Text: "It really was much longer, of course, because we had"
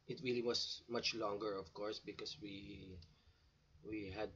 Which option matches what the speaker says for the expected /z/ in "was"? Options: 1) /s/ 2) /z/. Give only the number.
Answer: 1